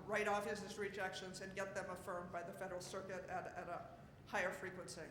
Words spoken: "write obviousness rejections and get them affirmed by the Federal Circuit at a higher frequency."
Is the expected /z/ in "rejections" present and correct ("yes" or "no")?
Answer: yes